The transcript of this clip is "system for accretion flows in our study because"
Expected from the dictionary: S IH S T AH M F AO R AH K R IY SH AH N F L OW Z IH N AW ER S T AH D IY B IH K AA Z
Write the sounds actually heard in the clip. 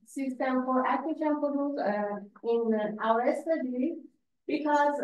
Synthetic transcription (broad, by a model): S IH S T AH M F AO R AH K IY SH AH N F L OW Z IH N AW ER S T AH D IY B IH K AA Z